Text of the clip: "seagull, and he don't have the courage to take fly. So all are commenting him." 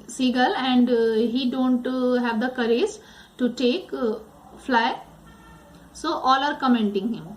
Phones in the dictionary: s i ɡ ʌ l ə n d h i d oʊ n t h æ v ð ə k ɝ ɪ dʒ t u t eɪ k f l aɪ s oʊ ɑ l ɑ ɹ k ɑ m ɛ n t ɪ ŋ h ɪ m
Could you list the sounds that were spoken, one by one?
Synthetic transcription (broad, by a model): s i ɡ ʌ l ə n d h i d oʊ n t h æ v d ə k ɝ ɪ z t u t eɪ k f l aɪ s oʊ ɑ l ɑ ɹ k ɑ m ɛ n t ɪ ŋ h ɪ m